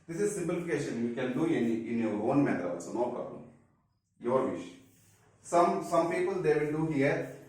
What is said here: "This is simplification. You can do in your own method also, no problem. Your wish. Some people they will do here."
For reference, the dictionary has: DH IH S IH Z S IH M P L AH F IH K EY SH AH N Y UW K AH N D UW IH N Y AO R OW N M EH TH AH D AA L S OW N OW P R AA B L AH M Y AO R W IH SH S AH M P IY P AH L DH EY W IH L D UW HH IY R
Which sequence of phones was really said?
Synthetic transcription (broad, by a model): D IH S IH Z S IH M P L AH F IH K EY SH AH N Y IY K AH N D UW IH N Y AO R OW N M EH T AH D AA S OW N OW P R AA B L AH M Y AO R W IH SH S AH M P IY P AH L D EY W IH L D UW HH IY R